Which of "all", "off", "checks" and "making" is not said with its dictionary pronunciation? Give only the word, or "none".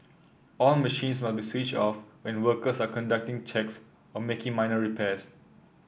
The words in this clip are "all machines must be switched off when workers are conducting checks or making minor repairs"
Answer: none